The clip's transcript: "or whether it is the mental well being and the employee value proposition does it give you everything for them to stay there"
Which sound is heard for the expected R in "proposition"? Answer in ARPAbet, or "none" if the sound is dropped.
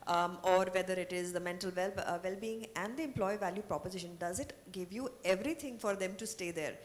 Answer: R